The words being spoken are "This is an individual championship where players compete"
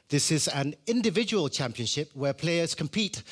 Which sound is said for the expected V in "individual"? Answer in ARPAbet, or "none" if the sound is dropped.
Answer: V